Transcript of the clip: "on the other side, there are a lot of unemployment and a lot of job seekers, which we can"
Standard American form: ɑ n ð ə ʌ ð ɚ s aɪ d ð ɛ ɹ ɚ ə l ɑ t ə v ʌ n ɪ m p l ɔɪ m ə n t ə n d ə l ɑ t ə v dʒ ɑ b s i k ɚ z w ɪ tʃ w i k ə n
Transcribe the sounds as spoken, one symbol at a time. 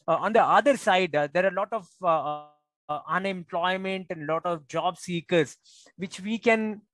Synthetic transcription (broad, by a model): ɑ n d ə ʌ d ɚ s aɪ d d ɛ ɹ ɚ ə l ɑ t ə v ʌ n ɪ m p l ɔɪ m ə n t ə n d l ɑ t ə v dʒ ɑ b s i k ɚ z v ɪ tʃ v i k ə n